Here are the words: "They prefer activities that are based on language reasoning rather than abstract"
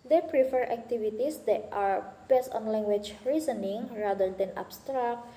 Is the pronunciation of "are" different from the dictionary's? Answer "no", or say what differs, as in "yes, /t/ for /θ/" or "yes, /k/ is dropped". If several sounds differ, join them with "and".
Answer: no